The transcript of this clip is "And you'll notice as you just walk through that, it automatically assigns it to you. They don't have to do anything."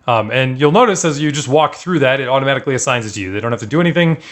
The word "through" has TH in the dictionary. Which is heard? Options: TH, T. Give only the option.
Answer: TH